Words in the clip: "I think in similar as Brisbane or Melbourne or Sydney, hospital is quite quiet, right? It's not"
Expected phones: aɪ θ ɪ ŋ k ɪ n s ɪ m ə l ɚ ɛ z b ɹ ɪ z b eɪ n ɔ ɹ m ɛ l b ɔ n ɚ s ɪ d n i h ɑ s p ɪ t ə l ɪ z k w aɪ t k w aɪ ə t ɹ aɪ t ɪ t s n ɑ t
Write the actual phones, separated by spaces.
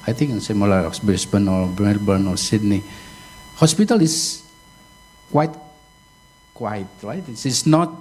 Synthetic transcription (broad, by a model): aɪ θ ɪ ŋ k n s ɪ m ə l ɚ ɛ s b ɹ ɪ s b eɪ n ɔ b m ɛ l b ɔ n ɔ s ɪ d n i h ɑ s p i t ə l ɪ s k w aɪ t k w aɪ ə t ɹ aɪ t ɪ s s n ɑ t